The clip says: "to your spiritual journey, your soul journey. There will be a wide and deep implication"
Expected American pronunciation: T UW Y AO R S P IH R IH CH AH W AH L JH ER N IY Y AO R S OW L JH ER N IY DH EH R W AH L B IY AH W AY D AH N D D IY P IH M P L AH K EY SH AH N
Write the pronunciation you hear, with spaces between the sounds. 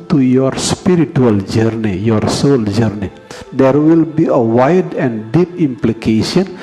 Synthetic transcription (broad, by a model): T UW Y AO R S P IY R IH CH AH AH L JH ER N IY Y AO R S OW L JH ER N IY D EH R W AH L B IY AH W AY D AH N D D IY P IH M P L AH K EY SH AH N